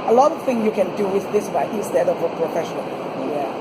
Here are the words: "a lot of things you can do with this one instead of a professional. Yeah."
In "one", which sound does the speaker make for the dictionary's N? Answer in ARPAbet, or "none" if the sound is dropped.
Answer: none